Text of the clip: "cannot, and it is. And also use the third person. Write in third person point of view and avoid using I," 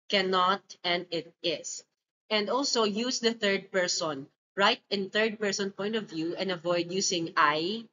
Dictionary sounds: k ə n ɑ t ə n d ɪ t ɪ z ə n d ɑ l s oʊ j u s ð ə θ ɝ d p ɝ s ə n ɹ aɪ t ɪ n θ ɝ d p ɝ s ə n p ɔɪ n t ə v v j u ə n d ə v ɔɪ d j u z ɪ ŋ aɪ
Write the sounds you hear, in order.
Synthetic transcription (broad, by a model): k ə n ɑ t ə n d ɪ t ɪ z ə n d ɑ l s oʊ j u s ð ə θ ɝ d p ɝ s ə n ɹ aɪ t ɪ n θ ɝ d p ɝ s ə n p ɔɪ n t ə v v j u ə n d ə v ɔɪ d j u s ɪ ŋ aɪ